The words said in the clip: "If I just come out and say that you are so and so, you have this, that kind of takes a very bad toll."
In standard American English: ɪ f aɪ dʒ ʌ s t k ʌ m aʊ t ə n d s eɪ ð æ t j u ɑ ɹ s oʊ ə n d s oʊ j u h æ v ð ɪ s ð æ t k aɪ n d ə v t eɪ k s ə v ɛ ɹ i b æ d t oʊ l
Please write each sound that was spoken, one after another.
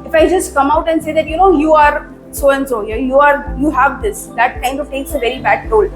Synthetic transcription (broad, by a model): ɪ f aɪ dʒ ʌ s t k ʌ m aʊ t ə n d s eɪ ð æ t j u ɑ ɹ s oʊ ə n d s oʊ j u h æ v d ɪ s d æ t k aɪ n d ə v t eɪ k s ə v ɛ ɹ i b æ d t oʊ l